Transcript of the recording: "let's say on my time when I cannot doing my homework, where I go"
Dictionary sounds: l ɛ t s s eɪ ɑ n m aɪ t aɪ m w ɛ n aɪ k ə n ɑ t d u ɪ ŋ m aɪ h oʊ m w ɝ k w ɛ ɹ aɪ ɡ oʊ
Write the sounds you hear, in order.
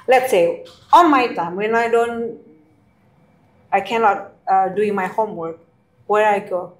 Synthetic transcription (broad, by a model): l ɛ t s s eɪ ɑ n m aɪ t aɪ m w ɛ n aɪ k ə n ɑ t d u ɪ ŋ m aɪ h oʊ m w ɝ k w ɛ ɹ aɪ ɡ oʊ